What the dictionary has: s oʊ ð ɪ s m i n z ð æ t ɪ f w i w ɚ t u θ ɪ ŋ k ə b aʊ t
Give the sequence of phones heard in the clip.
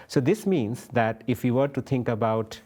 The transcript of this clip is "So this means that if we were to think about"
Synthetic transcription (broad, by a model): s oʊ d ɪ s m i n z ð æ t ɪ f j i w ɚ t u t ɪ ŋ k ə b aʊ t